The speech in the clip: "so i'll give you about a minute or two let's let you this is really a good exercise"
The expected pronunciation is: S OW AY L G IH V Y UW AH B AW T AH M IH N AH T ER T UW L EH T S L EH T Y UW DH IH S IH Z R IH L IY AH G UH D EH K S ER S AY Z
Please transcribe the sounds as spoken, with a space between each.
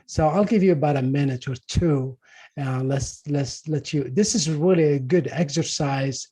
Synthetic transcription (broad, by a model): S OW AY L G IH V Y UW AH B AW T AH M IH N AH T ER T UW L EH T S L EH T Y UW DH IH S IH Z R IH L IY AH G UH D EH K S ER S AY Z